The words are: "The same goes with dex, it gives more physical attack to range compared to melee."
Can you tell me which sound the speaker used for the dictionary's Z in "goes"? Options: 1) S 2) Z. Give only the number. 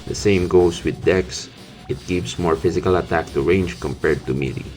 1